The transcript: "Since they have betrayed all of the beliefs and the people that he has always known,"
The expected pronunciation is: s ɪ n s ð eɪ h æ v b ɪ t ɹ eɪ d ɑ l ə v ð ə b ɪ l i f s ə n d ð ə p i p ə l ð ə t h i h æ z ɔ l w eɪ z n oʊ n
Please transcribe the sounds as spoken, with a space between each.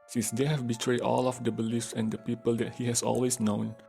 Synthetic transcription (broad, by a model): s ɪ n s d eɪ h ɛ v b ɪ t ɹ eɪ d ɑ l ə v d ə b ɪ l i f s ə n d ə p i p ə l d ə t h i h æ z ɔ l w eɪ s n oʊ n